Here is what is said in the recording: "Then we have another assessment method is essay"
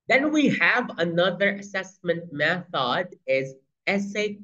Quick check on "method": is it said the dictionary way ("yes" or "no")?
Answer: yes